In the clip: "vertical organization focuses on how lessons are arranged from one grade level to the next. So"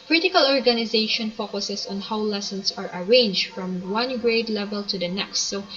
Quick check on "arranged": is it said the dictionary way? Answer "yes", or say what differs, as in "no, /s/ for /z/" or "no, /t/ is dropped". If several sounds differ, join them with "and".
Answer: yes